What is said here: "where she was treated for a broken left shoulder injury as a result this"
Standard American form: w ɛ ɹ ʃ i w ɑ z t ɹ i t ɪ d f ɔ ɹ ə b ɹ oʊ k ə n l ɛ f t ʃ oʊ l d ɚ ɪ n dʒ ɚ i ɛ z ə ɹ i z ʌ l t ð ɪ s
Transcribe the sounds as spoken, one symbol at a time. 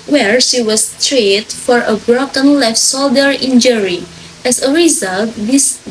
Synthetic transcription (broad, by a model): w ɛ ɹ ʃ i w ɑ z t ɹ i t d f ɔ ɹ ə b ɹ oʊ k ə n l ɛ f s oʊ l d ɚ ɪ n dʒ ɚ i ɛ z ə ɹ i z ʌ l t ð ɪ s